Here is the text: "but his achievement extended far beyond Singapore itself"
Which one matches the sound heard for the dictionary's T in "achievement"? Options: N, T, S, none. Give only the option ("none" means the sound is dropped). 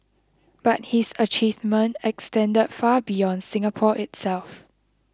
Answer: none